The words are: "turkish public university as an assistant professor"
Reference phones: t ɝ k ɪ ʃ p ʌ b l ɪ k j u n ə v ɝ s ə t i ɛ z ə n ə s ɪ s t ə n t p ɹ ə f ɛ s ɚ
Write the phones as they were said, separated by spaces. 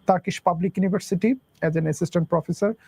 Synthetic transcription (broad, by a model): t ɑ k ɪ ʃ p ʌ b l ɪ k j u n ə b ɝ s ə t i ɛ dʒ ə n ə s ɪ s t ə n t p ɹ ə f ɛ s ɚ